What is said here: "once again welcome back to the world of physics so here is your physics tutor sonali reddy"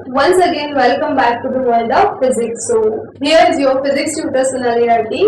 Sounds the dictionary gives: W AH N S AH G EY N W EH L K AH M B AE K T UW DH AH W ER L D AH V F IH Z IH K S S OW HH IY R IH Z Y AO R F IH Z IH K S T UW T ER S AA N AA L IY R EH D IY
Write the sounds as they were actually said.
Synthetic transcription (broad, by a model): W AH N S AH G EY N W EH L K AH M B AE K T UW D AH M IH N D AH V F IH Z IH K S S OW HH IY R IH Z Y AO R F IH Z IH K S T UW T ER S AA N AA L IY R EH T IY